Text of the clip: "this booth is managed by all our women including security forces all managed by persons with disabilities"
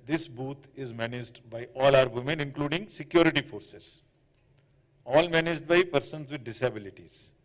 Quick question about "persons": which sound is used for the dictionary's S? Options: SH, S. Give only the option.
S